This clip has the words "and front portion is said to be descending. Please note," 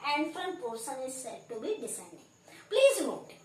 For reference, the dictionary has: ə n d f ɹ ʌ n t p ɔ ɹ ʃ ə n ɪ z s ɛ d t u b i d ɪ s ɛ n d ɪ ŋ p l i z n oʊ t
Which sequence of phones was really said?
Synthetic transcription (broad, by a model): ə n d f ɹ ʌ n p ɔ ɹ s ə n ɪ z s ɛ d t u b i d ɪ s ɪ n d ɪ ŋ p l i z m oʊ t